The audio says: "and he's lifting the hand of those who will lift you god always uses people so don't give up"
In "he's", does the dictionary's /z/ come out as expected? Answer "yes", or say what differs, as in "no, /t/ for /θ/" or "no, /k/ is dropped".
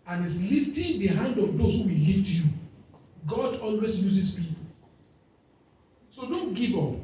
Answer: no, /s/ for /z/